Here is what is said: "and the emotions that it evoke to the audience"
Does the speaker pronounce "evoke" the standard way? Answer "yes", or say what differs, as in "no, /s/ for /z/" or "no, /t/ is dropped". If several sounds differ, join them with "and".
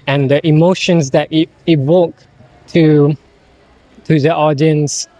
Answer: no, /w/ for /v/